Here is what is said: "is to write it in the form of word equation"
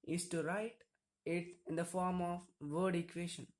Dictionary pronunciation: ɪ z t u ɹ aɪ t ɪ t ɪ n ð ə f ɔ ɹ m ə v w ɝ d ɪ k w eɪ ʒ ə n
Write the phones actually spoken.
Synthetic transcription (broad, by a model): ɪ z t u ɹ aɪ t ɪ t ɪ n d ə f ɔ ɹ m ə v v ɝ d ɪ k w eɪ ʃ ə n